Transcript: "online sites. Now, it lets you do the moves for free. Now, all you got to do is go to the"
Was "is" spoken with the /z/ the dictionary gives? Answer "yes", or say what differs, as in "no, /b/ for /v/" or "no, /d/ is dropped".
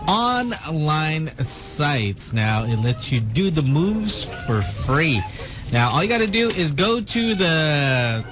yes